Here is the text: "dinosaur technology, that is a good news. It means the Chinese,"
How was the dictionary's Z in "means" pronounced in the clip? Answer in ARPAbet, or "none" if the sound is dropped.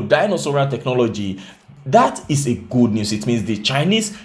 S